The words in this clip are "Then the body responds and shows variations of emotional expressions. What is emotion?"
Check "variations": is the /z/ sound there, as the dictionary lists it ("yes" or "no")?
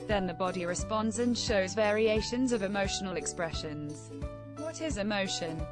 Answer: yes